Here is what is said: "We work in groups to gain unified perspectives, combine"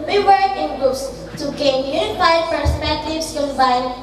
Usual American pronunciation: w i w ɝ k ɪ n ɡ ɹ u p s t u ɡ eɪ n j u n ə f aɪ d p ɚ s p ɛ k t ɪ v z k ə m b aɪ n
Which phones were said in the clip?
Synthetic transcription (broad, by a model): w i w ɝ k ɪ n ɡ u s t u ɡ eɪ n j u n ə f aɪ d p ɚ s p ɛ k t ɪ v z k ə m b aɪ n